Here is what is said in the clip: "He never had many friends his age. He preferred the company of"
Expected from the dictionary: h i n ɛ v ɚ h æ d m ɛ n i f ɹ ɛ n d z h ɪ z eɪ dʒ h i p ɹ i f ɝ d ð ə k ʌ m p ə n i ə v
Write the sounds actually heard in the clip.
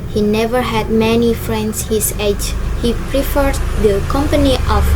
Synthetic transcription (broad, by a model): h i n ɛ v ɚ h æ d m ɛ n i f ɹ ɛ n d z h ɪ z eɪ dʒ h i p ɹ i f ɝ d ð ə k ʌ m p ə n i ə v